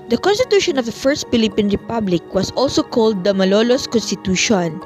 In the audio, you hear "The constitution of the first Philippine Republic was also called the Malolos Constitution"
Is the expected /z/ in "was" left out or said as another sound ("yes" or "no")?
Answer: yes